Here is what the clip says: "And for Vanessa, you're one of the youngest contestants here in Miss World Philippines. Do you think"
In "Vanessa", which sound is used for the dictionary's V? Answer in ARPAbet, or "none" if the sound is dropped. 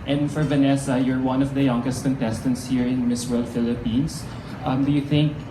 V